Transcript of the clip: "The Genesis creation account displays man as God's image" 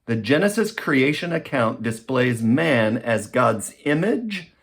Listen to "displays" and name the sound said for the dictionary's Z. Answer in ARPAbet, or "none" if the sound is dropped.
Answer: Z